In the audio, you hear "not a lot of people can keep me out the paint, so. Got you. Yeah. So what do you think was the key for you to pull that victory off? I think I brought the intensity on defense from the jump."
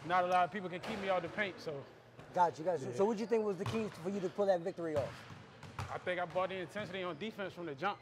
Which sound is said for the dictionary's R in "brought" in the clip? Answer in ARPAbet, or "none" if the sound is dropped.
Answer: none